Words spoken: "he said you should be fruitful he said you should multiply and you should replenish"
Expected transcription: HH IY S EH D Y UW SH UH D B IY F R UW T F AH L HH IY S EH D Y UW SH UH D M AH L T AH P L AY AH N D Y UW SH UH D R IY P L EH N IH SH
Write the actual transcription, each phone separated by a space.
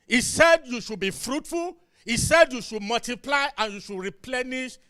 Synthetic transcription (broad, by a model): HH IY S EH D Y UW SH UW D B IY F R UW T F AH L HH IY S EH D Y UW SH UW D M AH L T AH P L AY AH N Y UW SH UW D R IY P L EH N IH SH